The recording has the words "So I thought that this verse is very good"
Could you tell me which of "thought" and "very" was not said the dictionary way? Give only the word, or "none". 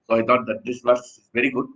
thought